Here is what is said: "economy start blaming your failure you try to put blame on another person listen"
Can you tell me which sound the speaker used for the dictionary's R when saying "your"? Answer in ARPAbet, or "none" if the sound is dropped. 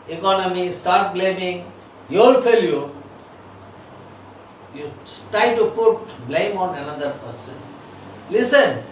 L